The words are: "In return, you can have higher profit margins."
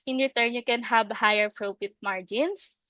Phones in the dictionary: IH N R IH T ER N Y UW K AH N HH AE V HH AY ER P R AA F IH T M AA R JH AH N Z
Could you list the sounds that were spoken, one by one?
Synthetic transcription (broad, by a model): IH N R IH T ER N Y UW K AH N HH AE B HH AY ER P R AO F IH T M AA R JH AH N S